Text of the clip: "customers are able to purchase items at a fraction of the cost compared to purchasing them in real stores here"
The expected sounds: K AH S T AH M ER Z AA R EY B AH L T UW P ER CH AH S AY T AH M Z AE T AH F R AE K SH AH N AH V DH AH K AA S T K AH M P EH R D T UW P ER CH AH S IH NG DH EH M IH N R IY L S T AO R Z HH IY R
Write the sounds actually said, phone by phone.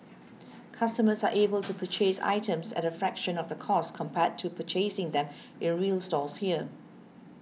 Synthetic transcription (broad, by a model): K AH S T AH M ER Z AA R EY B AH L T UW P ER CH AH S AY T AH M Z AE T AH F R AE K SH AH N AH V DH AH K AA S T K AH M P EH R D T UW P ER CH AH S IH NG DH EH M IH N R IY L S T AO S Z HH IY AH